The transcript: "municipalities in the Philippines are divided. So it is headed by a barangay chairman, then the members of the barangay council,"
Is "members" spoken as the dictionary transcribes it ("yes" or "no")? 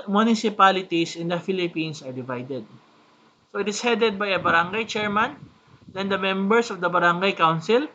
no